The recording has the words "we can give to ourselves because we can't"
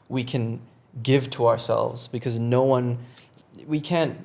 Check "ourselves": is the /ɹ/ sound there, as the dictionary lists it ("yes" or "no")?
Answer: yes